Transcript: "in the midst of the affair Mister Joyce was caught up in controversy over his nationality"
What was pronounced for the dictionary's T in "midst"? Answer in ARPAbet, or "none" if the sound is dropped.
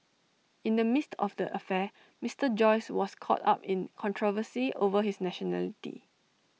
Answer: T